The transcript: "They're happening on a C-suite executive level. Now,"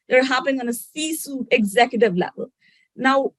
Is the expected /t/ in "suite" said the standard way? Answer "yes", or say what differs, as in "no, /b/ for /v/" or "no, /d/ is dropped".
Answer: no, /t/ is dropped